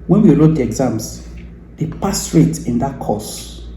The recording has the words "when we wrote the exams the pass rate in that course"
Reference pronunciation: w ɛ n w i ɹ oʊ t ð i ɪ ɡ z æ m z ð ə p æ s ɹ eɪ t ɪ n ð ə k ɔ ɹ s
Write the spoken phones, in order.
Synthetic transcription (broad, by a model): w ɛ n w i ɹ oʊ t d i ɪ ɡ z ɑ m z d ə p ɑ s ɹ eɪ t ɪ n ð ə k ɔ s